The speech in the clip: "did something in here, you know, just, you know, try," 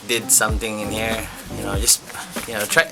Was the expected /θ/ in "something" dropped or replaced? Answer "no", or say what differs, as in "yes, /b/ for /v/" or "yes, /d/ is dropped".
yes, /t/ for /θ/